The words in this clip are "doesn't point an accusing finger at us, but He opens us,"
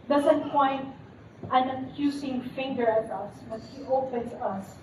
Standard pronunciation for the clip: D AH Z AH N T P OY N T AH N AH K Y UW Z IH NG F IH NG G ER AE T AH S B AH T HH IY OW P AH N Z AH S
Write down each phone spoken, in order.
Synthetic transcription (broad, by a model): D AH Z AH N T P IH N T AH N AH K Y UW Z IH NG F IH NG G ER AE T AH S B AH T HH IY OW P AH N S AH S